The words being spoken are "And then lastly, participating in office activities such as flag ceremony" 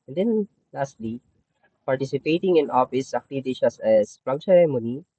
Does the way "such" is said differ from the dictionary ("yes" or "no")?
yes